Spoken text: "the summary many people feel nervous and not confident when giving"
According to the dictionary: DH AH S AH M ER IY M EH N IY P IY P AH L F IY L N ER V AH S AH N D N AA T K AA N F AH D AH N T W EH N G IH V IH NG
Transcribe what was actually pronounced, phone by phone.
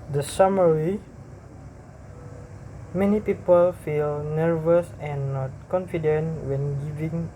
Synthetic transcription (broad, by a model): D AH S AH M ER IY M EH N IY P IY P AH L F IY L N ER V AH S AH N N AA T K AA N F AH D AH N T W EH N G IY V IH NG